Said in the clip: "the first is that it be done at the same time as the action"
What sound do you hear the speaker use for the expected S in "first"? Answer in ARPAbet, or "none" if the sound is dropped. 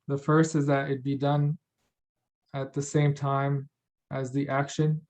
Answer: S